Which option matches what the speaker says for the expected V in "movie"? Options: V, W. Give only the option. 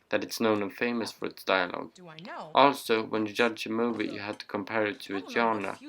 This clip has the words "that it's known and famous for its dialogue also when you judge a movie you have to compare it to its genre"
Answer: V